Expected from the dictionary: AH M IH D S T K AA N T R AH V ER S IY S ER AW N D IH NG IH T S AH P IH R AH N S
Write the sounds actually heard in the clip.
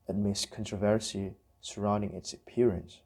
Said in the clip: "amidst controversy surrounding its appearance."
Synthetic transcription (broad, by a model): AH M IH S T K AA N T R AH V ER S IY S ER AW N D IH NG IH T S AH P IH R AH N S